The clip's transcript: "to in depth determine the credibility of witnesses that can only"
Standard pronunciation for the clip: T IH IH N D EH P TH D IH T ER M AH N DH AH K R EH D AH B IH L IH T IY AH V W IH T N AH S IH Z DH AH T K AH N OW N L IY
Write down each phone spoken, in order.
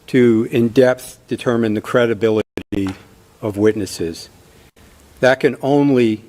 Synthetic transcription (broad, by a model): T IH IH N D EH P TH D IH T ER M AH N DH AH K R EH D AH B IH L IH T IY AH V W IH T N AH S IH Z DH AH T K AH N OW N L IY